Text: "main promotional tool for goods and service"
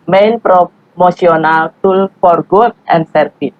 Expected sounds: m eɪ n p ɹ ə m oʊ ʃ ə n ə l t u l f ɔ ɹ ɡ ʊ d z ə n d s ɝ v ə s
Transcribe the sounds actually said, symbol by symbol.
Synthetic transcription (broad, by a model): m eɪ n p ɹ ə m oʊ s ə n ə l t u l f ɔ ɹ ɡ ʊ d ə n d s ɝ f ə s